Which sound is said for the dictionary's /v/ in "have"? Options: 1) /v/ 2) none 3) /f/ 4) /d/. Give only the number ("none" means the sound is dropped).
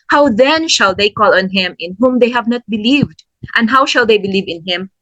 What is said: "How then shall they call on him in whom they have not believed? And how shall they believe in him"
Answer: 1